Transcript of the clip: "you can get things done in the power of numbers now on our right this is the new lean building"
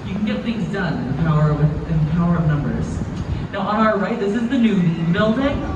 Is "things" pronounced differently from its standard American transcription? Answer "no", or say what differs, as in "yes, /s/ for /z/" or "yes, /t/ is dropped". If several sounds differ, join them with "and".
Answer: no